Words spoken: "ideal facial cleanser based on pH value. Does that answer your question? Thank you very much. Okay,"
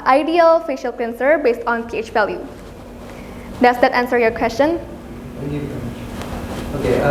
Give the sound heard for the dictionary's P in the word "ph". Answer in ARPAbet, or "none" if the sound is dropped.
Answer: P